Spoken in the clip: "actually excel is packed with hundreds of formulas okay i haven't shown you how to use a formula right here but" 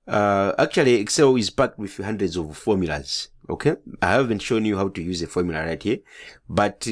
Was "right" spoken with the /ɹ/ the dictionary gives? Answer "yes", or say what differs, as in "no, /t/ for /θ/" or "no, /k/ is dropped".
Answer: yes